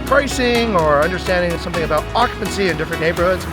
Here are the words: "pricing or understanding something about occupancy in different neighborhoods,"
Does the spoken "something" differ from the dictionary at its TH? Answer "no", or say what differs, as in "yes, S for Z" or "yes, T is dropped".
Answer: no